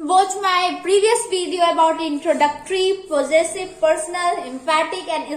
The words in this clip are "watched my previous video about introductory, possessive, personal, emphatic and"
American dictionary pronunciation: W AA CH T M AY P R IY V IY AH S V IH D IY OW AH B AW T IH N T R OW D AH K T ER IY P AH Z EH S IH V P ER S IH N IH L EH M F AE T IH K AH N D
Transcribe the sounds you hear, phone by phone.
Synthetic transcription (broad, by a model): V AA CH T M AY P R IY V IY AH S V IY D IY OW AH B AW T IH N T R OW D AH K T ER IY P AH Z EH S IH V P ER S IH N IH L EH M P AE T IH K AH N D